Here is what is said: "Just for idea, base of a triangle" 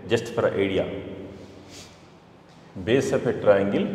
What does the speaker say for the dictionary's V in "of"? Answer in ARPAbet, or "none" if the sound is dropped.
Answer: P